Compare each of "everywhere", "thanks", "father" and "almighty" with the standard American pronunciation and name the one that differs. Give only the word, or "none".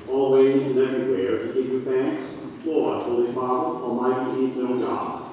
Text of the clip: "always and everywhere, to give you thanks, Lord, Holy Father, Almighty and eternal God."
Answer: none